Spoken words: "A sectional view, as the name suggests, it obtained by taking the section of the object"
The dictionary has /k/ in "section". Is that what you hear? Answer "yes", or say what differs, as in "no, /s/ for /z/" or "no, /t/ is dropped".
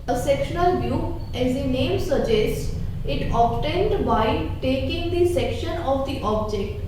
yes